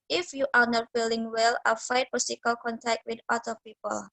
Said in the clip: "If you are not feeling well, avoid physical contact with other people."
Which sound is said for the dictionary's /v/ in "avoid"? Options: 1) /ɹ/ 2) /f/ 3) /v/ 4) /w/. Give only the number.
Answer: 2